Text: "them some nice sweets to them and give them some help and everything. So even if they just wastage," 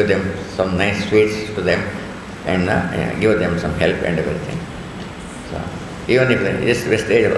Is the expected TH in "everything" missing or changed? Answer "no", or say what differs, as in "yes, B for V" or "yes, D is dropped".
yes, T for TH